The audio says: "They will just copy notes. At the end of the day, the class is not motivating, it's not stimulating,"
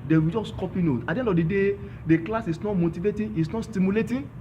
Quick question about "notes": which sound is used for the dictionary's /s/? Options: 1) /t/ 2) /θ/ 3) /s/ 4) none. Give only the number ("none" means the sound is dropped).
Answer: 4